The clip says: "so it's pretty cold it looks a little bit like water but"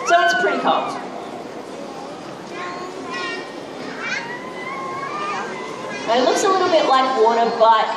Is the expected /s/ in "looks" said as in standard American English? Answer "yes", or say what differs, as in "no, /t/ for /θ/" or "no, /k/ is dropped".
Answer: yes